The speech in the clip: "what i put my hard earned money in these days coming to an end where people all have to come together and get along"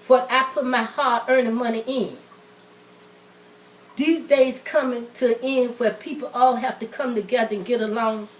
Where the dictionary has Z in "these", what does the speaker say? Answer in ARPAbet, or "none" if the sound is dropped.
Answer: Z